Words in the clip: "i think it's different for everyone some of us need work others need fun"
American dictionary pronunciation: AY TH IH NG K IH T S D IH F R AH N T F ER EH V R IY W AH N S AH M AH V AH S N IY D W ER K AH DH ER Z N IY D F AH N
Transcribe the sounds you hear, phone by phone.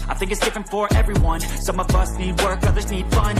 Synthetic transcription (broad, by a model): AY TH IH NG K IH T S D IH F R AH N T F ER EH V R IY W AH N S AH M AH V AH S N IY D W ER K AH DH ER Z N IY D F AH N